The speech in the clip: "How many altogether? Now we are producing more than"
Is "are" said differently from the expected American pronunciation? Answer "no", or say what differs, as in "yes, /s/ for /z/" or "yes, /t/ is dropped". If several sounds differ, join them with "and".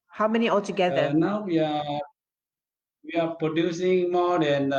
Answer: yes, /w/ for /ɹ/